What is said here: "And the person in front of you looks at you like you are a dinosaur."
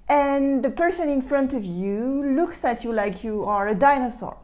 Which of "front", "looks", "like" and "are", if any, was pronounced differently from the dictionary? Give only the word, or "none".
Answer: none